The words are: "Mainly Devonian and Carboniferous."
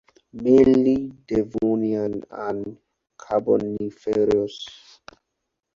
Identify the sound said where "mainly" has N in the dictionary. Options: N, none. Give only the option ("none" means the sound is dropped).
none